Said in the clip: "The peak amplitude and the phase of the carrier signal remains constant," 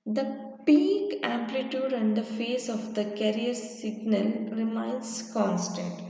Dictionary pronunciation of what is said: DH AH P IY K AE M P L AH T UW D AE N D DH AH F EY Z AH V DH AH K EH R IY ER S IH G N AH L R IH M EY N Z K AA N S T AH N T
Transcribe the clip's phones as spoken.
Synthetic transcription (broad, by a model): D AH P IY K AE M P L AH T UW D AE N D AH F EY S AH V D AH K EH R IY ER S IH G N AH L R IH M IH N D K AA N S T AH N T